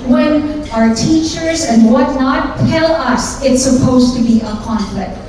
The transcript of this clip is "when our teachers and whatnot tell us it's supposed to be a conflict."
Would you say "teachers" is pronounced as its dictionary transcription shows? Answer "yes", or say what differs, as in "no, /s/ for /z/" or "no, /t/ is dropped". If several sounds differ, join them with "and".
yes